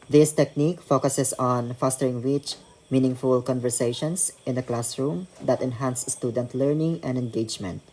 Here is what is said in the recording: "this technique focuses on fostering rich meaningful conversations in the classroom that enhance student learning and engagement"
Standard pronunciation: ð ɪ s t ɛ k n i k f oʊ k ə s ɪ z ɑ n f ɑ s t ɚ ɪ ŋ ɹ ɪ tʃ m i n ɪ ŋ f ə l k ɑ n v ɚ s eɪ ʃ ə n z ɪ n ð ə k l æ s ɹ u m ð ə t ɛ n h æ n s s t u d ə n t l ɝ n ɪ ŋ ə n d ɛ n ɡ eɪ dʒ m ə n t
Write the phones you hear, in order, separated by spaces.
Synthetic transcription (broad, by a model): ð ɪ s t ɛ k n i k f oʊ k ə s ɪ s ɑ n f ɑ s t ɚ ɪ ŋ w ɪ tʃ m i n ɪ ŋ f ə l k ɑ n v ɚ s eɪ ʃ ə n s ɪ n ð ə k l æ s ɹ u m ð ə t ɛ n h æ n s s t u d ə n t l ɝ n ɪ ŋ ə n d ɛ n ɡ eɪ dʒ m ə n t